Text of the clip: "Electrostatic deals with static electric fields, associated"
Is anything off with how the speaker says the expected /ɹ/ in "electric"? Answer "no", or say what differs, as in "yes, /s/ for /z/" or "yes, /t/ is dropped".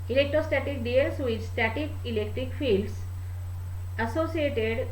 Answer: no